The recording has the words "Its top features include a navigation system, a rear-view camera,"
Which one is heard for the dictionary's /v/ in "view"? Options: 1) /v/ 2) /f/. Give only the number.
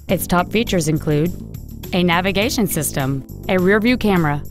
1